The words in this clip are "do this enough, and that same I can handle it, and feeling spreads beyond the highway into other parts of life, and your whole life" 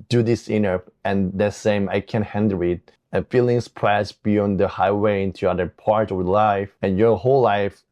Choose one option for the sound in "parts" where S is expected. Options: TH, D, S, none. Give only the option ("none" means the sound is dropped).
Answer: none